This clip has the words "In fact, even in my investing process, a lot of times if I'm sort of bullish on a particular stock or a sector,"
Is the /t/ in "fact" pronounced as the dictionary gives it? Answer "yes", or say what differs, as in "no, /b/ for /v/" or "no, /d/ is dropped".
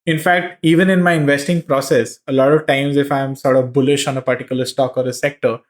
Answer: yes